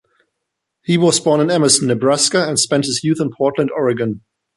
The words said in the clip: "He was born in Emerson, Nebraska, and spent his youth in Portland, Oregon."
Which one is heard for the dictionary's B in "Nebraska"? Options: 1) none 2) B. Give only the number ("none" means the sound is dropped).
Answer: 2